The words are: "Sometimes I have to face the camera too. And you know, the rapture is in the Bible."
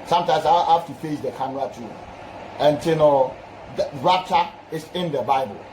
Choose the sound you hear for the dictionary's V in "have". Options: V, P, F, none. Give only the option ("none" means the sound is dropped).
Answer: F